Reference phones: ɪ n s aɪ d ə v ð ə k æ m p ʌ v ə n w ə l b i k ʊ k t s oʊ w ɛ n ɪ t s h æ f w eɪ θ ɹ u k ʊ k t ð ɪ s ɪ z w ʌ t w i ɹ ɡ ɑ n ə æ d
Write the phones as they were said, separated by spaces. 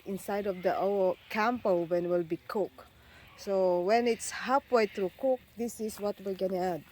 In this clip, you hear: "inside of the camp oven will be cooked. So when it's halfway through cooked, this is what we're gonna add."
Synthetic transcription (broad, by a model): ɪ n s aɪ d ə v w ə k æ m p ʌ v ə n w ə l b i k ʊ k s oʊ w ɛ n ɪ t s h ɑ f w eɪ t ɹ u k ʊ k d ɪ s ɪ s w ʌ t w i ɹ ɡ ɑ n ə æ d